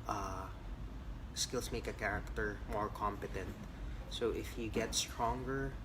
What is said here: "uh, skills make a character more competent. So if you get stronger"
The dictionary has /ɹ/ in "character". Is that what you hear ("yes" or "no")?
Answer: yes